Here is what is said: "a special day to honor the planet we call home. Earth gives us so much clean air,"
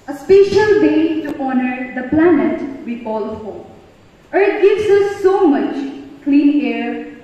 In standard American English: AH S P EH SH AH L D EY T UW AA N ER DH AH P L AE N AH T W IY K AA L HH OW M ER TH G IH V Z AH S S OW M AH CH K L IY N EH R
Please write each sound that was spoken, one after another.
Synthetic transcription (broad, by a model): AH S P EH SH AH L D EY T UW AA N ER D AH P L AE N AH T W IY K AA L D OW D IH T G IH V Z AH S S OW M AH CH K L IY N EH R